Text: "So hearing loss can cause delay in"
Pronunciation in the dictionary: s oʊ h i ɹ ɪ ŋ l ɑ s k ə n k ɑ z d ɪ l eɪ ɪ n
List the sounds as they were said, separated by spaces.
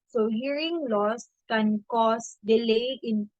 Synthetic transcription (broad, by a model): s oʊ h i ɹ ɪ ŋ l ɑ s k ə n k ɑ s d ɪ l eɪ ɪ n